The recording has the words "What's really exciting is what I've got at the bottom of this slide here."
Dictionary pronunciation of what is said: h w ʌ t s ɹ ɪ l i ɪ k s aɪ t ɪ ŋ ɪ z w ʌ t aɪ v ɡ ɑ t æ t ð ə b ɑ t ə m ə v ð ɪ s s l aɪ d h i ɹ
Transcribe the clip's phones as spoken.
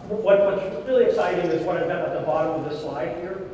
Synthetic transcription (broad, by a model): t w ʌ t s ɹ ɪ l i ɪ k s aɪ t ɪ ŋ ɪ z w ʌ t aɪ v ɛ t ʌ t ð ə b ɑ t ə m ə v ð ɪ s s l aɪ d h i ɹ